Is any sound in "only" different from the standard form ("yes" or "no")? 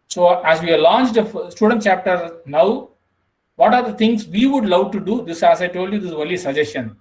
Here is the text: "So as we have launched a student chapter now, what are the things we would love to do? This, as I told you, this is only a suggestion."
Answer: yes